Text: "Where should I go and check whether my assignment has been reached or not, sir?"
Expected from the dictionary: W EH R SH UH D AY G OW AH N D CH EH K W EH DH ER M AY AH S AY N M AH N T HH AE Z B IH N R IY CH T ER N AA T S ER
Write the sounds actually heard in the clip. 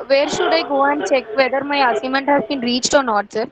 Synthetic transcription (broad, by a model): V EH R SH UH D AY G OW AH N D CH EH K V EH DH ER M AY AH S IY M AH N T HH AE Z B IH N R IY CH T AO N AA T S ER